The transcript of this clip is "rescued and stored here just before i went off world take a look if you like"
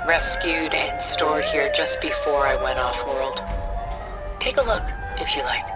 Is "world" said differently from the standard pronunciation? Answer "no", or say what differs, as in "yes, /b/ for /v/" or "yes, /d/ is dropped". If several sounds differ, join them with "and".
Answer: no